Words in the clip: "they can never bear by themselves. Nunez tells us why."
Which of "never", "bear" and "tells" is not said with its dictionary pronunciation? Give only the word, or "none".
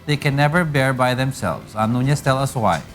tells